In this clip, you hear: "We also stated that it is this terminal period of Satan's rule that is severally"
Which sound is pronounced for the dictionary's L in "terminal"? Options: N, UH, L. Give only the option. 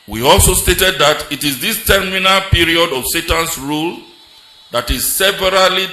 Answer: L